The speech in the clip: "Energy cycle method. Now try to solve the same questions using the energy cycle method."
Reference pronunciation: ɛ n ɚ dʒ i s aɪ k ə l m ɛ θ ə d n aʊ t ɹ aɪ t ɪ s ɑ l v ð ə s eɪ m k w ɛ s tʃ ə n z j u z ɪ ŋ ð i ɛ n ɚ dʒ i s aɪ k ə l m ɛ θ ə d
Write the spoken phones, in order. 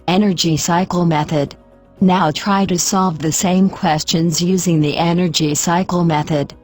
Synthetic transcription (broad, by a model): ɛ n ɚ dʒ i s aɪ k l m ɛ θ ə d n aʊ t ɹ aɪ t ɪ s ɑ l v ð ə s eɪ m k w ɛ s tʃ ə n z j u z ɪ ŋ ð i ɛ n ɚ dʒ i s aɪ k l m ɛ θ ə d